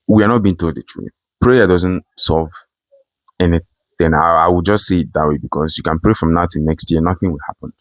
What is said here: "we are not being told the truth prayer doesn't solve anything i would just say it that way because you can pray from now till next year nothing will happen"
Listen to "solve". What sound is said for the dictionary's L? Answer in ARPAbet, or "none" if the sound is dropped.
none